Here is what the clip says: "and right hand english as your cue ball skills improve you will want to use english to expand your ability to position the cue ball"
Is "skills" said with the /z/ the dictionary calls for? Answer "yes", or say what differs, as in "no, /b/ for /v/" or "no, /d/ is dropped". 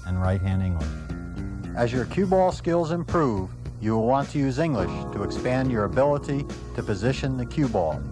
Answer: yes